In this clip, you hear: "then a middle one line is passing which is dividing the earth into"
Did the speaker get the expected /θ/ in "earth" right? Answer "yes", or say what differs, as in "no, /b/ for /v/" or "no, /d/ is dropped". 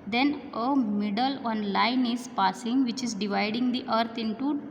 no, /t/ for /θ/